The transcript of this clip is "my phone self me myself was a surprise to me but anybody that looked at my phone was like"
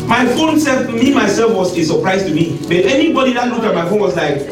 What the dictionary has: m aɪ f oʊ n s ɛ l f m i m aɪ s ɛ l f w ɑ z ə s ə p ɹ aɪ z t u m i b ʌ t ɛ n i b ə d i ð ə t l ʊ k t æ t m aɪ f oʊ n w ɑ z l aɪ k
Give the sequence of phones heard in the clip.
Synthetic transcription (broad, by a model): m aɪ f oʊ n s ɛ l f m i m aɪ s ɛ l f w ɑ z ə s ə p ɹ aɪ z t u m i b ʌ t ɛ n i b ə d i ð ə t l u k ɑ t m aɪ f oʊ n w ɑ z l aɪ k